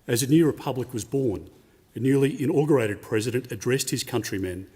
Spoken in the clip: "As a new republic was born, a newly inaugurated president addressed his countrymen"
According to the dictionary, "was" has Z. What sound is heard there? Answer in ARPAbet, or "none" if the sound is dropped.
Z